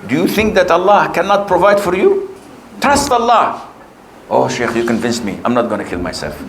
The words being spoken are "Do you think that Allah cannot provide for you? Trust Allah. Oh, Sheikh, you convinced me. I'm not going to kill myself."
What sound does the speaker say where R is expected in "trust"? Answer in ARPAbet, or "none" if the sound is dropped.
none